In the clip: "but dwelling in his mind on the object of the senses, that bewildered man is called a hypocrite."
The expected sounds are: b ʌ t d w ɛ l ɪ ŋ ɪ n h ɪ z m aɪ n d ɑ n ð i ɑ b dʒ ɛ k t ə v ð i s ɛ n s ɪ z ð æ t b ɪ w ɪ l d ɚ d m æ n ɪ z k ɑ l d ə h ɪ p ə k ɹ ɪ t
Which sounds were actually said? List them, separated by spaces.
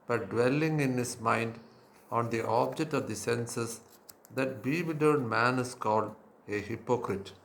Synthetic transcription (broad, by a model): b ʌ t d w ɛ l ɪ ŋ ɪ n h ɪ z m aɪ n d ɑ n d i ɑ b dʒ ɛ k t ə v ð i s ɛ n s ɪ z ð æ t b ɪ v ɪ d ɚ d m æ n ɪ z k ɑ l d ə h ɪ p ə k ɹ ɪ t